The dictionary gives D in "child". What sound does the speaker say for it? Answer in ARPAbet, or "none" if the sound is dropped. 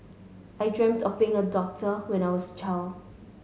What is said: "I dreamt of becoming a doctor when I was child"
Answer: none